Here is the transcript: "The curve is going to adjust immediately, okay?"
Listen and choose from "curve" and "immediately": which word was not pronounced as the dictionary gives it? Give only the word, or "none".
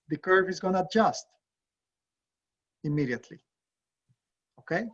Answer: none